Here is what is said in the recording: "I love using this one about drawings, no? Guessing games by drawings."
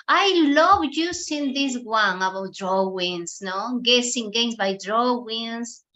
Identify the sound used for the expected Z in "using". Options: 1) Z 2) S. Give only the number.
2